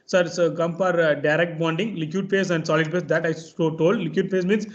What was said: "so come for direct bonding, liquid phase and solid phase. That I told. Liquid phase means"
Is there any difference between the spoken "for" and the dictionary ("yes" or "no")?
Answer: yes